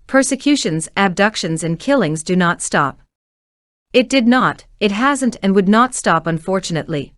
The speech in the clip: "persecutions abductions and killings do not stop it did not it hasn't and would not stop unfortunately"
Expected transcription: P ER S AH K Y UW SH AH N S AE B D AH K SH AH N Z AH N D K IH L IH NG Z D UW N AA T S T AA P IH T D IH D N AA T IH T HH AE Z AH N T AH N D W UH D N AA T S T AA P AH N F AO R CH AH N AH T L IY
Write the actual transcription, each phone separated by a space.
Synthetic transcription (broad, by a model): P ER S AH K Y UW SH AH N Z AE B D AH K SH AH N Z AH N K IH L IH NG Z D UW N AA T S T AA P IH T D IH D N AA T IH T HH AE Z AH N T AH N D W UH D N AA T S T AA P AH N F AO R CH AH N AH T L IY